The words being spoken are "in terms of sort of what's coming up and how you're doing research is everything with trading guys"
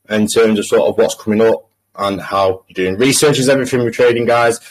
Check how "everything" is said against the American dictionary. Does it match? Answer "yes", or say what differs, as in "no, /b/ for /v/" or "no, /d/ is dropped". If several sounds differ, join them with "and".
no, /f/ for /θ/